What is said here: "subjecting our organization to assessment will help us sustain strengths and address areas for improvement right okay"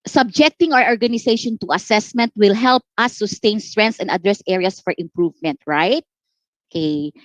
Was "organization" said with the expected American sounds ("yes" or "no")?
no